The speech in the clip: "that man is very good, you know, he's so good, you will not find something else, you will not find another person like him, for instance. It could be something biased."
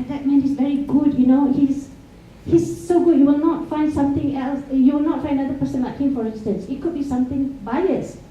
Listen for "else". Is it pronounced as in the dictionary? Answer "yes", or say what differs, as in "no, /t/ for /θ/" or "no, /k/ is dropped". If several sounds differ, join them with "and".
yes